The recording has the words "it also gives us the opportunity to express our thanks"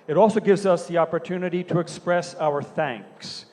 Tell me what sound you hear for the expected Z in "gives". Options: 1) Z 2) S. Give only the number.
1